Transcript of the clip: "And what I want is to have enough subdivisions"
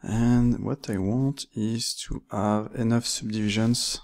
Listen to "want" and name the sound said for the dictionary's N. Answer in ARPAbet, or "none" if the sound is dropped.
N